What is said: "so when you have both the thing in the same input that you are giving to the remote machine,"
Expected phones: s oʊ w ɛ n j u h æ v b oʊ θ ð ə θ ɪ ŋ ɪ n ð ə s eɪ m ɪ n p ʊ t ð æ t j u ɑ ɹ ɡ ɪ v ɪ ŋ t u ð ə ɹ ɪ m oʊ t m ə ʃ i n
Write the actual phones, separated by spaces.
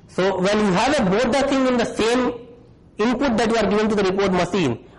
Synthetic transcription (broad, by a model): s oʊ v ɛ n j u h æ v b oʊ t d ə t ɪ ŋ ɪ n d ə s eɪ m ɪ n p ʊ t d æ t j u ɑ ɹ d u ɪ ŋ t u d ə ɹ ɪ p oʊ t m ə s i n